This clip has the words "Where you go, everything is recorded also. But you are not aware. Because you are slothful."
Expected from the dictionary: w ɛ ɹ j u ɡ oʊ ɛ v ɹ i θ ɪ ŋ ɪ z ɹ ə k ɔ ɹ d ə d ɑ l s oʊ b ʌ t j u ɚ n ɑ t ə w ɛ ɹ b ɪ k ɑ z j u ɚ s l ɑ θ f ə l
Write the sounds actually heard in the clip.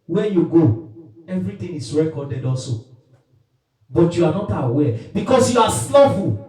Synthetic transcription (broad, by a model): w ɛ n j u ɡ oʊ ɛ v ɹ i t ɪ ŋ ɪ s ɹ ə k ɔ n d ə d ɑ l s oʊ b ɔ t j u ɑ n ɑ t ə w ɛ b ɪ k ɑ s j u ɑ s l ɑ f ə